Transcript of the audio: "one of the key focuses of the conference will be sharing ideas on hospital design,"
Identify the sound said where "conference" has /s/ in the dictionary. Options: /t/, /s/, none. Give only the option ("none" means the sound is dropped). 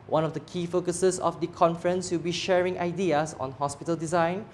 /s/